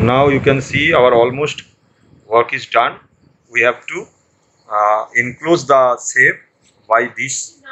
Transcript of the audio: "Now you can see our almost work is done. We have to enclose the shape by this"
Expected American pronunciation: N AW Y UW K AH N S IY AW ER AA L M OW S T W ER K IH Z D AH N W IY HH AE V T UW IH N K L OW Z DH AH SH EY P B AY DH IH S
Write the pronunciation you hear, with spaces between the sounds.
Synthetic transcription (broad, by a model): N AW Y UW K AH N S IY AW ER AA L M OW S T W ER K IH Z D AH N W IY HH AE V T UW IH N K L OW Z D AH S EY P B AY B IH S